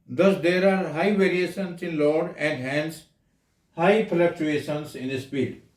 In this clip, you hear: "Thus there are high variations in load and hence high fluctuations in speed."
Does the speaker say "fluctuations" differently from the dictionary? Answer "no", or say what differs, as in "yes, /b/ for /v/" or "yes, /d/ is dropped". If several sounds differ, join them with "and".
yes, /p/ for /f/